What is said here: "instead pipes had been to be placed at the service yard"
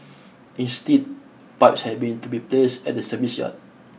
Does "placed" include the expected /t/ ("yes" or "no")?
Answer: no